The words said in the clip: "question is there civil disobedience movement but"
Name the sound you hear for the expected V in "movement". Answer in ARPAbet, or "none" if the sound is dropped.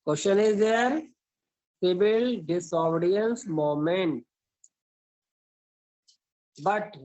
none